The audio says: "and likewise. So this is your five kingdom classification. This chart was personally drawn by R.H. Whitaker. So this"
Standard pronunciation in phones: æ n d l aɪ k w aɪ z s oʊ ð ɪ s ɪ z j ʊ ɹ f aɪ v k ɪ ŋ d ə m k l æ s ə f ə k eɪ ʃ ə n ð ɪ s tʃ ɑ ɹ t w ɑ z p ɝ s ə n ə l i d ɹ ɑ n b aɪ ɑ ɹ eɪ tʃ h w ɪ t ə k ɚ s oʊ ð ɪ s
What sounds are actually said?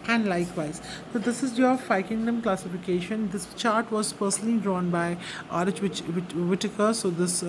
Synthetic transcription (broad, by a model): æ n d l aɪ k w aɪ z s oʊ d ɪ s ɪ z j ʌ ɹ f aɪ k ɪ ŋ d ə m k l æ s ə f ə k eɪ ʃ ə n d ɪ s tʃ ɑ ɹ t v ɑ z p ɝ s ə n ə l i d ɹ ɑ n b aɪ ɑ ɹ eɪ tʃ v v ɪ t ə k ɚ s oʊ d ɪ s